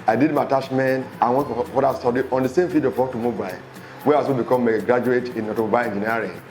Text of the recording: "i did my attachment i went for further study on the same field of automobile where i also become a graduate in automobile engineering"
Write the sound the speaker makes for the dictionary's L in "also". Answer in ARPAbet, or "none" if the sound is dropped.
none